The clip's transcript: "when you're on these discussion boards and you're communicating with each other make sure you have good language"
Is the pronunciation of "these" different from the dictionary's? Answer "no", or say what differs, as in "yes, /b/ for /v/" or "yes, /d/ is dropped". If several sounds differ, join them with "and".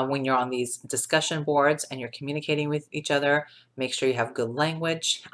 no